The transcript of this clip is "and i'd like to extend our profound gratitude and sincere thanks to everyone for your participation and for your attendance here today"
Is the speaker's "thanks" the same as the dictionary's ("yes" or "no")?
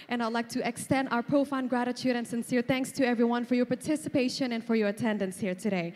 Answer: yes